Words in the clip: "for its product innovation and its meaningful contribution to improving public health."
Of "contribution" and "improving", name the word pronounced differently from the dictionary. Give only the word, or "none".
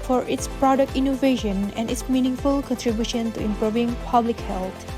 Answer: none